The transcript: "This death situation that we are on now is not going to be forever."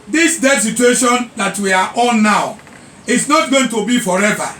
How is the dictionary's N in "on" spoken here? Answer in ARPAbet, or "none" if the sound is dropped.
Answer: L